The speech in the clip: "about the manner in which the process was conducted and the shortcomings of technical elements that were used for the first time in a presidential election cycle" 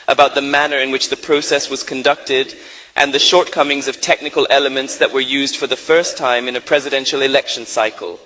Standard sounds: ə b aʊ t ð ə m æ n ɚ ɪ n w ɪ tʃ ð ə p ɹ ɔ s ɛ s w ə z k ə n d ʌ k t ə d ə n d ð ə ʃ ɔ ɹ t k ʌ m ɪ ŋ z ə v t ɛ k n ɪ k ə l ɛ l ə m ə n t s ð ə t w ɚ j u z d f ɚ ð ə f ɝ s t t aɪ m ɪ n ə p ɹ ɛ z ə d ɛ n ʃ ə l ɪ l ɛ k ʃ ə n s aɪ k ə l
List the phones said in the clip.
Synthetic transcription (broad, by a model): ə b aʊ t ð ə m æ n ɚ ɪ n w ɪ tʃ ð ə p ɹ ɔ s ɛ s w ə z k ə n d ʌ k t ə d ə n ð ə ʃ ɔ ɹ t k ʌ m ɪ ŋ z ə v t ɛ k n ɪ k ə l ɛ l ə m ə n t s ð ə t w ɚ j u z d f ɚ ð ə f ɝ s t t aɪ m ɪ n ə p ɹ ɛ z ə d ɛ n ʃ l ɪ l ɛ k ʃ n s aɪ k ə l